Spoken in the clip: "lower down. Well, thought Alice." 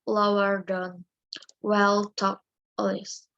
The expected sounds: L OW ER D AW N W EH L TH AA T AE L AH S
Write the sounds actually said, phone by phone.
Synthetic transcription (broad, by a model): L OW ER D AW N W EH L T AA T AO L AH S